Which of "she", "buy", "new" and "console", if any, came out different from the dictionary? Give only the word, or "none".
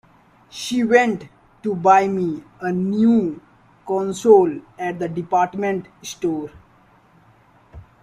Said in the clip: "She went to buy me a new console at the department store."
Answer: none